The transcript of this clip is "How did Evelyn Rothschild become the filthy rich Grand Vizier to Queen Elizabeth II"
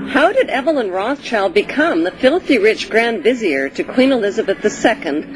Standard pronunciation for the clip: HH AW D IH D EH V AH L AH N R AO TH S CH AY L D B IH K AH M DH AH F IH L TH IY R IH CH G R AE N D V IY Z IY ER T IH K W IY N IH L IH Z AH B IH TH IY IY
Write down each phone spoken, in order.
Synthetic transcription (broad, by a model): HH AW D IH D EH V AH L AH N R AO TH CH AY L D B IH K AH M DH AH F IH L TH IY R IH CH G R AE N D V IY Z IY ER T IH K W IY N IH L IH Z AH B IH TH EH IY